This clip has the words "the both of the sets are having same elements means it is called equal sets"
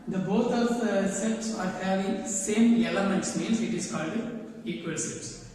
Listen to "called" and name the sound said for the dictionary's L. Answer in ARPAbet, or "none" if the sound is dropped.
L